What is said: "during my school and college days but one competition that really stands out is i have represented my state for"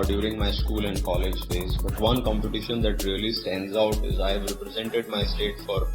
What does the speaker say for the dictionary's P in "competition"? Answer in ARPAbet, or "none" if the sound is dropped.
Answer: P